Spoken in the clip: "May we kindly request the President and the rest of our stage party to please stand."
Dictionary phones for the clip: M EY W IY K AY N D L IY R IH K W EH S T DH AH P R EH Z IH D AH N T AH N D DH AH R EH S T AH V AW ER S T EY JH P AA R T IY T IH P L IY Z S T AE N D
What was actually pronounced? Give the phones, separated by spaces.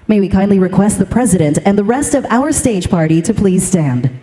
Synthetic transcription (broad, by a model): M EY W IY K AY N D L IY R IH K W EH S T DH AH P R EH Z IH D AH N T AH N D DH AH R EH S T AH V AW ER S T EY JH P AA R T IY T IH P L IY Z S T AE N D